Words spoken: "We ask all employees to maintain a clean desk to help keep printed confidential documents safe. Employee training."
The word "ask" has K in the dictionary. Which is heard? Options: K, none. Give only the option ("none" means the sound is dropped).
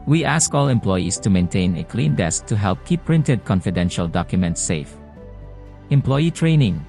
K